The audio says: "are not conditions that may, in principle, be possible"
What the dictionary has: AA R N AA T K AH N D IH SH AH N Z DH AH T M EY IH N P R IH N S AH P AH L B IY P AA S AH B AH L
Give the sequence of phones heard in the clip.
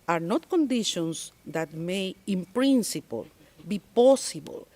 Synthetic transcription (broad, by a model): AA R N AA T K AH N D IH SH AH N S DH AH T M EY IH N P R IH N S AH P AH L B IY P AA S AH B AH L